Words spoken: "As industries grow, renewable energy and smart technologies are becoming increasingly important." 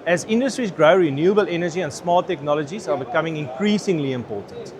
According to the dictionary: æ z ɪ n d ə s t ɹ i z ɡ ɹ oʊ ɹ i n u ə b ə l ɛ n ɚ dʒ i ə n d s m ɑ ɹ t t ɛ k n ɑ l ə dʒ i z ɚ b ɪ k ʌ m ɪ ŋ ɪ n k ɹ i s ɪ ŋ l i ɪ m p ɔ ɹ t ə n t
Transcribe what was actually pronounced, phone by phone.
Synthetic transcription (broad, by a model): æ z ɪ n d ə s t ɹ i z ɡ ɹ oʊ ɹ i n u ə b ə l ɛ n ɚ dʒ i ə n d s m ɑ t t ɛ k n ɑ l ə dʒ i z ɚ b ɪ k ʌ m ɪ ŋ ɪ n k ɹ i s ɪ ŋ l i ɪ m p ɔ t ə n t